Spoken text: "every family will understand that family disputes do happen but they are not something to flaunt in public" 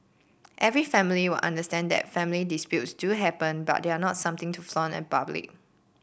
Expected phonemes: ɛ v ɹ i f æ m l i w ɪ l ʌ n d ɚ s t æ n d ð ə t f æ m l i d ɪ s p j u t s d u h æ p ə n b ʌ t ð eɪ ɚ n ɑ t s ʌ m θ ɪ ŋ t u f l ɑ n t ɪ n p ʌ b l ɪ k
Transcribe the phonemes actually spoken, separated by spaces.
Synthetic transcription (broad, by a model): ɛ v ɹ i f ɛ m l i w ɪ l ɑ n d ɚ s t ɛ n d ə t f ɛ m l i d ɪ s p j u t s d u h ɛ p ə n b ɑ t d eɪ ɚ n ɑ t s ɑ m t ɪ ŋ t u f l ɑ n ɪ n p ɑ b l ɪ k